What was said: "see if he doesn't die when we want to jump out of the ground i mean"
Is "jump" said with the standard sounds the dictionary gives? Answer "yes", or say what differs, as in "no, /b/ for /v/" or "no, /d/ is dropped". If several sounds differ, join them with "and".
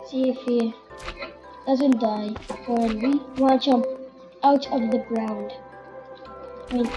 no, /p/ is dropped